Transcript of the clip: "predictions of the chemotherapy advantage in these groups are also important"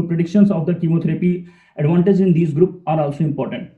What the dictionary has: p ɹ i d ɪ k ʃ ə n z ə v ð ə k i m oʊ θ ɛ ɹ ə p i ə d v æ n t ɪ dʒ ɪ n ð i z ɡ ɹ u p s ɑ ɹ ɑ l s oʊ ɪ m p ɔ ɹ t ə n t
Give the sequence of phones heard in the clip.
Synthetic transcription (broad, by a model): p ɹ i d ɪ k ʃ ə n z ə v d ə k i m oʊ t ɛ ɹ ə p i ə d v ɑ n t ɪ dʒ ɪ n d i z ɡ ɹ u p ɑ ɹ ɑ l s oʊ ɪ m p ɔ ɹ t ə n t